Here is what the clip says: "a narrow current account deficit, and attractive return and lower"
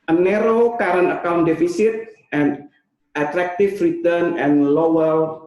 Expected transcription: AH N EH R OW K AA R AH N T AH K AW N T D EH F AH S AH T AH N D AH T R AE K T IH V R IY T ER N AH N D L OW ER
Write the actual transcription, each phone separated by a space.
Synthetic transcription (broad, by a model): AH N EH R OW K AA R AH N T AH K AW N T D EH F AH S AH T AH N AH T R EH K T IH F R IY T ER N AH N L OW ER